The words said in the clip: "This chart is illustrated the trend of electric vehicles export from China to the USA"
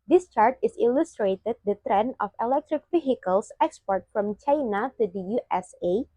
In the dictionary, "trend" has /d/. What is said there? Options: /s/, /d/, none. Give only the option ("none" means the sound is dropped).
none